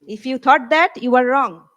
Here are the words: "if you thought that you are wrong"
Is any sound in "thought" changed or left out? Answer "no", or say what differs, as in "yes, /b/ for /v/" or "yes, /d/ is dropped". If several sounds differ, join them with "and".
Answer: yes, /t/ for /θ/